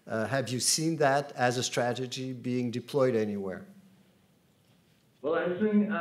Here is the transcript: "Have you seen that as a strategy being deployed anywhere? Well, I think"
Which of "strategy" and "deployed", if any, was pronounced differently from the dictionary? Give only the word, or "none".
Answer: none